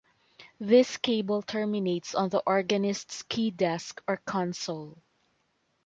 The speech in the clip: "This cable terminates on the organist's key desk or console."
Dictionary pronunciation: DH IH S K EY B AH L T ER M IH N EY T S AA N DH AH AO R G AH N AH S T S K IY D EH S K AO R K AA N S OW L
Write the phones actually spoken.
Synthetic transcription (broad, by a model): DH IH S K EY B AH L T ER M IH N EY T S AA N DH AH AO R G AH N AH S T S K IY D EH S K AO R K AA N S OW L